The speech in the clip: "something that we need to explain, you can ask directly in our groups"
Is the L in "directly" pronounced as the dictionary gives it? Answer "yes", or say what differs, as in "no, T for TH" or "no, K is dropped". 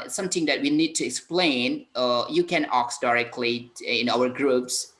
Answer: yes